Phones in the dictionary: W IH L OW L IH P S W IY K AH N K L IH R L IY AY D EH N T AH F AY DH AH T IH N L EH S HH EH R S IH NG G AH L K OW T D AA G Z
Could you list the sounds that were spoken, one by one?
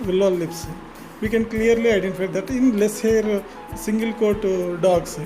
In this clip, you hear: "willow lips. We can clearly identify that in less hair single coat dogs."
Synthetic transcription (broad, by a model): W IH L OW L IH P S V IY K AH N K L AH R L IY AY D EH N T AH F AY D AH T IH N L EH S HH EH R S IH NG G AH L K OW T D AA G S